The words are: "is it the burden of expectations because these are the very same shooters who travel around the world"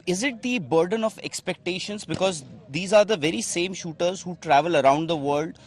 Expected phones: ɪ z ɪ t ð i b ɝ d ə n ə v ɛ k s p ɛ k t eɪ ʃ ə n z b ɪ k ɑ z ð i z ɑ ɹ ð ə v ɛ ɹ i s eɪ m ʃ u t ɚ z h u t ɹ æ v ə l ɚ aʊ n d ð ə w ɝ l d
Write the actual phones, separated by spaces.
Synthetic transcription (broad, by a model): ɪ z ɪ t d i b ɝ d ə n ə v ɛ k s p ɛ k t eɪ ʃ ə n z b ɪ k ɑ z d i z ɑ ɹ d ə v ɛ ɹ i s eɪ m ʃ u t ɚ z h u t ɹ æ v ə l ɚ aʊ n d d ə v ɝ l d